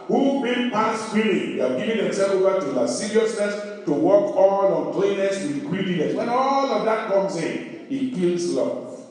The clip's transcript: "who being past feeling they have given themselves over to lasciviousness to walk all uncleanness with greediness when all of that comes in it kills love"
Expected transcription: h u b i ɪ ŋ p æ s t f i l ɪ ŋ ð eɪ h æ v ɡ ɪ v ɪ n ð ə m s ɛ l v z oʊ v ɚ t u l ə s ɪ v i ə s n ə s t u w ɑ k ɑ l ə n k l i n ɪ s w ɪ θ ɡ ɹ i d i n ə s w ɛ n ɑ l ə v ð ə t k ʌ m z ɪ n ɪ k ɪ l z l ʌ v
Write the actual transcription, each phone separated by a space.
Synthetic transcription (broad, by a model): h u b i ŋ p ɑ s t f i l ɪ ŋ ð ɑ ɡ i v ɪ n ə s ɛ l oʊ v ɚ t u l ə s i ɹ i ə s n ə s t u w ɑ k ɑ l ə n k l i n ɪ s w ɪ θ ɡ ɹ i d i n ə s w ɛ n ɑ l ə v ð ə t k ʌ m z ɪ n ɪ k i l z l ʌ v